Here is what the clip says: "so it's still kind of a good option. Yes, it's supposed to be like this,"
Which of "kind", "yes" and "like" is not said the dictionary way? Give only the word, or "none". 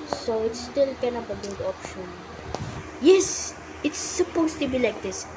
kind